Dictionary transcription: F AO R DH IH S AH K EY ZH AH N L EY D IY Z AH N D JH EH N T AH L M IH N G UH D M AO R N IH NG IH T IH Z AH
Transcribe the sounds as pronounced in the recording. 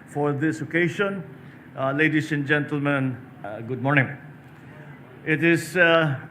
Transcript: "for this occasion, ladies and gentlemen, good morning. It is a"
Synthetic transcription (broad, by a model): F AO R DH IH S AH K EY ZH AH N L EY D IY S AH N JH EH N T AH L M IH N G UH D M AO R N IH NG IH T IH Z